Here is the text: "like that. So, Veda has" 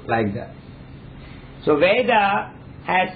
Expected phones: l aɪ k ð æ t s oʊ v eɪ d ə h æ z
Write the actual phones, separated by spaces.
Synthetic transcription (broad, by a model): l aɪ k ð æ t s oʊ v eɪ d ə h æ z